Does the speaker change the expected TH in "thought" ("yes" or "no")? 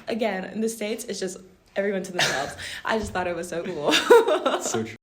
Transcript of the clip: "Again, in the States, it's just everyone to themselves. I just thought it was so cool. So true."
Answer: no